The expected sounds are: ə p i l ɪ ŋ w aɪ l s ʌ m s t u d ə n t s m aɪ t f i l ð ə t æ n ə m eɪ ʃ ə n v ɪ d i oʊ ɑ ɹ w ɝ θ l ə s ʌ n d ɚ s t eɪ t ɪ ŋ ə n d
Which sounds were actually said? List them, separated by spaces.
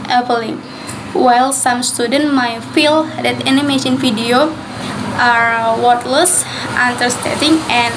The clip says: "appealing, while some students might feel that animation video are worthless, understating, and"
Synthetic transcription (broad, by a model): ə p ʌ l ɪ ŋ w aɪ l s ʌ m s t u d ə n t m aɪ t f i l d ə t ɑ n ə m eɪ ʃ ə n f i d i oʊ ɑ ɹ w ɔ t l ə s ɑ n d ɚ s t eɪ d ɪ ŋ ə n